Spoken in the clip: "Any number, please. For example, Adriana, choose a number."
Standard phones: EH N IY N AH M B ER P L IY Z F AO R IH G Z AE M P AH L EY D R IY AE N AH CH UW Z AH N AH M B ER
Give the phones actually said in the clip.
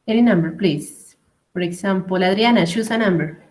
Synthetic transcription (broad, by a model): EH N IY N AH M B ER P L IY S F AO R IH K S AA M P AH L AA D R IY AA N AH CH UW S AH N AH M B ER